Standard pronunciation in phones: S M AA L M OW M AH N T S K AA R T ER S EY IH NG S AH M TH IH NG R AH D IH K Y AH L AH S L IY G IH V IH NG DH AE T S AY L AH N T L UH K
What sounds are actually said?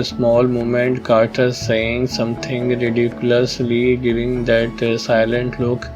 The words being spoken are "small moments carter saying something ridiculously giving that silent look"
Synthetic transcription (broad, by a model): S M AA L M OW M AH N T K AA R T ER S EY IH NG S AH M T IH NG R AH D IH K Y AH L AH S L IY G IH V IH NG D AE T S AY L AH N T L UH K